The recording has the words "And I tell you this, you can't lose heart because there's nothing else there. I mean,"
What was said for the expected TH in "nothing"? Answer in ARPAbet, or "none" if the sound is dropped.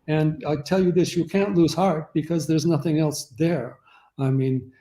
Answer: TH